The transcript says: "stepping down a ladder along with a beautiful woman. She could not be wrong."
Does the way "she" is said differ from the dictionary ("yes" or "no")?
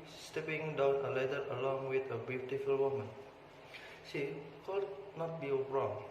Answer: yes